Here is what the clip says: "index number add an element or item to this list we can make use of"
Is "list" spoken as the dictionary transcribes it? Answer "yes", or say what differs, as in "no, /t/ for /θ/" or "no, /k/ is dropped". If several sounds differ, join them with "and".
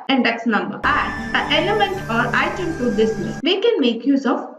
no, /n/ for /l/